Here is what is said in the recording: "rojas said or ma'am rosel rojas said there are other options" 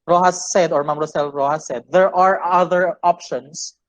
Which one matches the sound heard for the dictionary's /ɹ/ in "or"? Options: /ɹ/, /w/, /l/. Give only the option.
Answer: /ɹ/